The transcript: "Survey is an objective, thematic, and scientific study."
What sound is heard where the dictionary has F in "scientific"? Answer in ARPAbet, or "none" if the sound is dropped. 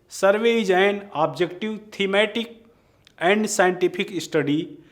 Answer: P